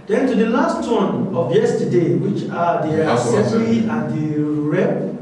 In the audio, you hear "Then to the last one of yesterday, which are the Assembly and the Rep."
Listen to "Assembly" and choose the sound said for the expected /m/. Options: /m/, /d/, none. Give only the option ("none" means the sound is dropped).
none